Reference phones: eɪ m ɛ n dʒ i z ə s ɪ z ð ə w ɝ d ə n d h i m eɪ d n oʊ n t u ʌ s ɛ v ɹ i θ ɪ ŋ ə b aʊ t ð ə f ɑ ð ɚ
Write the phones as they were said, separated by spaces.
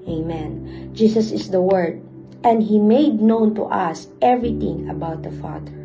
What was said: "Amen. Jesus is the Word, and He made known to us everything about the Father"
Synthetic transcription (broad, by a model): eɪ m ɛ n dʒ i s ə s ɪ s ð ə w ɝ d ə n d h i m eɪ d n oʊ n t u ʌ s ɛ v ɹ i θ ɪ ŋ ə b aʊ t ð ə f ɑ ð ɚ